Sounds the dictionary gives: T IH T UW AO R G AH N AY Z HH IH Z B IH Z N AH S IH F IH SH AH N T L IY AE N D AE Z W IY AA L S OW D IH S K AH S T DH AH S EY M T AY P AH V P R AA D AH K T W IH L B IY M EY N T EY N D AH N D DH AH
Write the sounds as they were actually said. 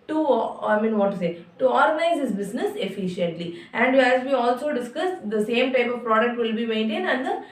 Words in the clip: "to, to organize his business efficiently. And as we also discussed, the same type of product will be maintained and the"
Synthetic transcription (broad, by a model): T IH T UW AO R G AH N AY Z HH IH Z B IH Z N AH S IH F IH SH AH N T L IY AE N D AE Z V IY AA L S OW D IH S K AH S T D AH S EY M T AY P AH V P R AA D AH K T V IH L B IY M EY N T EY N D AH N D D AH